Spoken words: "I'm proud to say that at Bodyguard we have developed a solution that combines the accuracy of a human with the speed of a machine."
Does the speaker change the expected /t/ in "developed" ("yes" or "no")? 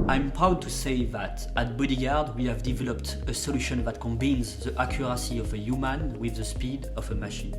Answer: no